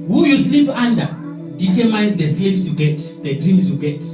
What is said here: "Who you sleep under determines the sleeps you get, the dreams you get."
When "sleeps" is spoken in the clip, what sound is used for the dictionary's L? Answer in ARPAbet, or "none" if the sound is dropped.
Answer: none